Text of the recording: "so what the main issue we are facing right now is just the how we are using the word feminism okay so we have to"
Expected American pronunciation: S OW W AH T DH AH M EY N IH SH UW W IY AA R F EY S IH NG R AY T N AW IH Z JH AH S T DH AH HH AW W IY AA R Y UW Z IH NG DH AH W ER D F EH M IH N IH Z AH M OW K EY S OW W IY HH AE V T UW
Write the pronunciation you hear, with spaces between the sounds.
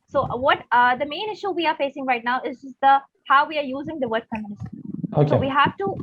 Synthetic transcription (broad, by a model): S OW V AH T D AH M EY N IH SH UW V IY AA R F EY S IH NG R AY T N AW IH Z JH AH S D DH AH HH AW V IY AA R Y UW Z IH NG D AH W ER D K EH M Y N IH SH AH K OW EY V IY HH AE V T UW